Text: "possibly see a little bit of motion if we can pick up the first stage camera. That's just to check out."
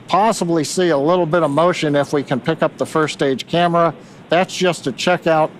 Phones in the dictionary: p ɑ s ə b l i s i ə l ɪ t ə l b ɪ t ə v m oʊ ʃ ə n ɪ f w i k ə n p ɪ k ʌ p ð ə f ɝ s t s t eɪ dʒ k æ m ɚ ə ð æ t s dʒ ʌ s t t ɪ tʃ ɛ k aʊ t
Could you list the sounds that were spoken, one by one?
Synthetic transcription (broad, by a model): p ɑ s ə b l i s i ə l ɪ t l b ɪ t ə v m oʊ ʃ ə n ɪ f w i k ə n p ɪ k ʌ p ð ə f ɝ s s t eɪ dʒ k æ m ɚ ə ð æ t s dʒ ʌ s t t ɪ tʃ ɛ k aʊ t